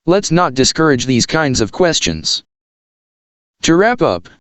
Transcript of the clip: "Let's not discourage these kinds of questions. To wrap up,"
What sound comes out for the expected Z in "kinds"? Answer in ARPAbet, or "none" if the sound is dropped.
Z